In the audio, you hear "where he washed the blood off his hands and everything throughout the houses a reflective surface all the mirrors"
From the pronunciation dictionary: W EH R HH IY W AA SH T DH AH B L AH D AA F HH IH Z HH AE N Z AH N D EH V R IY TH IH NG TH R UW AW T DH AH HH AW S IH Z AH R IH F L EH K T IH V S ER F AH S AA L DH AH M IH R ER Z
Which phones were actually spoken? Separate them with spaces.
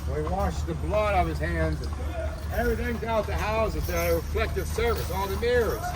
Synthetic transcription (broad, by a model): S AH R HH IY W AA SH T DH AH B L AH D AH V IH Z HH AE N Z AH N EH V R IY TH IH NG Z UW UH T DH AH HH AW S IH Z AH R IH F L EH K T IH V S ER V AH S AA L DH AH M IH R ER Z